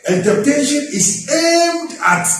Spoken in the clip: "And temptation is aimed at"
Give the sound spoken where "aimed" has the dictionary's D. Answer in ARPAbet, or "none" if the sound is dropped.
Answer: D